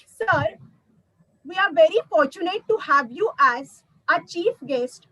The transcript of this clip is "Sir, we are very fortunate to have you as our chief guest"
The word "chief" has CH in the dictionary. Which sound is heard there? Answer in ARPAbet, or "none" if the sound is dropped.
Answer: CH